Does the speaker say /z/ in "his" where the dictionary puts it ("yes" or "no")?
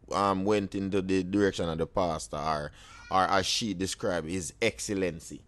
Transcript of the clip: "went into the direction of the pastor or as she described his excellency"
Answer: yes